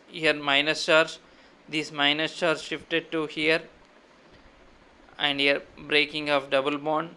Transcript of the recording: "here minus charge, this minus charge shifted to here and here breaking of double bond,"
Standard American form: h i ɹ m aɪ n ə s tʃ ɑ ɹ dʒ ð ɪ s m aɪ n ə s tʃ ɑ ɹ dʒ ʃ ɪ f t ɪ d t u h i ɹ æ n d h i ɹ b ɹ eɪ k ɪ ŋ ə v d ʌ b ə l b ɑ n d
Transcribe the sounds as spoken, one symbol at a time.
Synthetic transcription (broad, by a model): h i ɹ m aɪ n ə s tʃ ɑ ɹ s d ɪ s m aɪ n ə s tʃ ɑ ɹ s ʃ ɪ f t ɪ d t u h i ɹ æ n d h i ɹ b ɹ eɪ k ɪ ŋ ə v d ʌ b ə l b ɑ n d